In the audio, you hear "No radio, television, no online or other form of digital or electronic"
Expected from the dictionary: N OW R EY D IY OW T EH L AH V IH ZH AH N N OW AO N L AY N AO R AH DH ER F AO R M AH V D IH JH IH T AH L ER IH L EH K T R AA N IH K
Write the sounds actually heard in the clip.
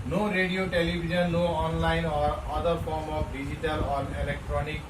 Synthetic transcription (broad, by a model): N OW R EY D IY OW T EH L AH B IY Z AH N L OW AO N L AY N AO R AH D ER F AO R M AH P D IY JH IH T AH L ER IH L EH K T R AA N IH K